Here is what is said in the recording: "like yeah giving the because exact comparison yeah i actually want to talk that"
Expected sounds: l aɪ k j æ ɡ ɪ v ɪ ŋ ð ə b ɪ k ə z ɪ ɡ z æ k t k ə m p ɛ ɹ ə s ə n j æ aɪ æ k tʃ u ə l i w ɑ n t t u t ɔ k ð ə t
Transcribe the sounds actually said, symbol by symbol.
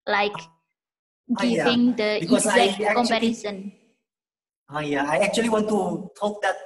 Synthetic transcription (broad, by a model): l aɪ k ɡ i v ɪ ŋ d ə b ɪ ə ɪ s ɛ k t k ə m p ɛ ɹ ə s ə n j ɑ aɪ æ k tʃ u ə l i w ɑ n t t u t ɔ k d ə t